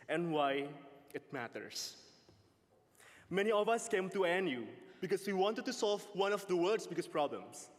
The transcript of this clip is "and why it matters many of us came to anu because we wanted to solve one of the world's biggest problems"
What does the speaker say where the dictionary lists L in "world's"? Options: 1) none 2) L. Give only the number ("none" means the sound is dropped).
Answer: 1